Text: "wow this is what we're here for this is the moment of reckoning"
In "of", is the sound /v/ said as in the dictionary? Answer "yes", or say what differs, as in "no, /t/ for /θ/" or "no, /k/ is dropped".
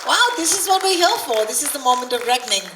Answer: yes